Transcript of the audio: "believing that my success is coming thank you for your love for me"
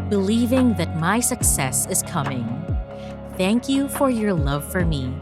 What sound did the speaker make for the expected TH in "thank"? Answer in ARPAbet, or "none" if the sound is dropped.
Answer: TH